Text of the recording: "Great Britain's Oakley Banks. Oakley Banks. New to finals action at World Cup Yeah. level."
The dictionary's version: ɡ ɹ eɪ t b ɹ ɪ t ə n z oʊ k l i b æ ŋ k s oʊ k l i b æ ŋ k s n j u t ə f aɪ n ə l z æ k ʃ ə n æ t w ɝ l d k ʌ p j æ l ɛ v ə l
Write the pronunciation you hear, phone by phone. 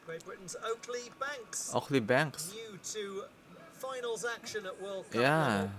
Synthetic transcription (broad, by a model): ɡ ɹ eɪ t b ɹ ɪ t n z oʊ k l i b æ ŋ k s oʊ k l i b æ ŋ k s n j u t ə f aɪ n ə l z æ k ʃ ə n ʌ t w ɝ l k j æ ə